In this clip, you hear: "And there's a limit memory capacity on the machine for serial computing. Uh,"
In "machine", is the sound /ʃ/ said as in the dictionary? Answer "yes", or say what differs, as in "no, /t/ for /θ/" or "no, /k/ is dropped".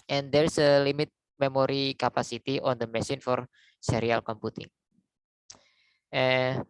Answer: no, /s/ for /ʃ/